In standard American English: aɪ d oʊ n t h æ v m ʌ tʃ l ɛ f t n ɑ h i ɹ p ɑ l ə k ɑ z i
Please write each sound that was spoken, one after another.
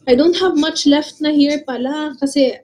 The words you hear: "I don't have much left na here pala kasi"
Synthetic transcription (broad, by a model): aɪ d oʊ n t h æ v m ʌ tʃ l ɛ f t n ɑ h i ɹ p ɑ l ə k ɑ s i